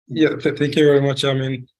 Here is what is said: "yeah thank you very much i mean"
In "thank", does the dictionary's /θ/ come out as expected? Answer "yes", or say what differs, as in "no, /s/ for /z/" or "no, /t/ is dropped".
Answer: yes